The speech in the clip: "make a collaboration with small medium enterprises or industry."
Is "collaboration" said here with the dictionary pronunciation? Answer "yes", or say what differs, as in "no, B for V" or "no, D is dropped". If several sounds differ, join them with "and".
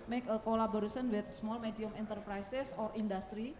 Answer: no, S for SH